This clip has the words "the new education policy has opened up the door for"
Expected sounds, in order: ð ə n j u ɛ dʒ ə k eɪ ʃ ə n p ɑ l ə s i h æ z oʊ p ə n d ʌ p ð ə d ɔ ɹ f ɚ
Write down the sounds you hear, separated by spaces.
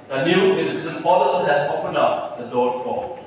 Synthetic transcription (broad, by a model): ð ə n j u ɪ z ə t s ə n p ɑ l ə s i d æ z oʊ p ə n d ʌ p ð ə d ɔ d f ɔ